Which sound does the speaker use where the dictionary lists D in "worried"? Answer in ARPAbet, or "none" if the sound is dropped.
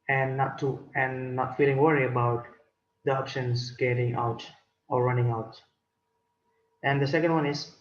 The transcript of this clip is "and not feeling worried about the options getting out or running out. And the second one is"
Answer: none